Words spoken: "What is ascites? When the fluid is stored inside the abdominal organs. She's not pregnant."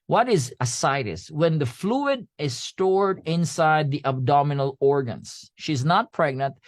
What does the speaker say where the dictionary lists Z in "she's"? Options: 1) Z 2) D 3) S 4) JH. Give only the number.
1